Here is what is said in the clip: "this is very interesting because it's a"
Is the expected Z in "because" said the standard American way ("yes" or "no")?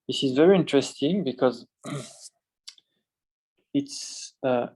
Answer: yes